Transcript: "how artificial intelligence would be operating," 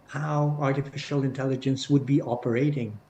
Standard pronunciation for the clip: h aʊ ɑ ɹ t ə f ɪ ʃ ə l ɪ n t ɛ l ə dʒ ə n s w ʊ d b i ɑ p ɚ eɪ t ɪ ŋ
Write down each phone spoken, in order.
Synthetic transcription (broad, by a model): h aʊ ɑ ɹ t ə f ɪ ʃ ə l ɪ n t ɛ l ə dʒ ə n s w ʊ d b i ɑ p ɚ eɪ t ɪ ŋ